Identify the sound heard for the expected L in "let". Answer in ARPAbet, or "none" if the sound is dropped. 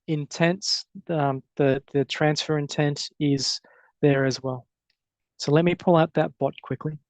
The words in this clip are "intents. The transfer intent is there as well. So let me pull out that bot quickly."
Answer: L